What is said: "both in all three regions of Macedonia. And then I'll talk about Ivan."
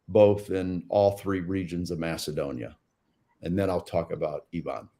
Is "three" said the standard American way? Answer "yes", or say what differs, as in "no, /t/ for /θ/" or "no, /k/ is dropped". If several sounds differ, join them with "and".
yes